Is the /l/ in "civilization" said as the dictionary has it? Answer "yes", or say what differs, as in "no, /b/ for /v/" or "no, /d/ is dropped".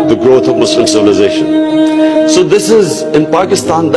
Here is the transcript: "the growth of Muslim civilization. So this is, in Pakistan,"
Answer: yes